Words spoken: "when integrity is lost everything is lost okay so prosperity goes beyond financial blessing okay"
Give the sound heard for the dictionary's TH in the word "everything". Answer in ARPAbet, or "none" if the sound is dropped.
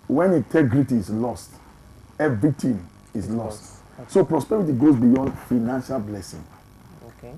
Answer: T